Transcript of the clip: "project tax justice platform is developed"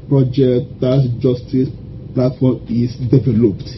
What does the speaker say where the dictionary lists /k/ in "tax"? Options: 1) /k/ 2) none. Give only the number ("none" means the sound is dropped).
2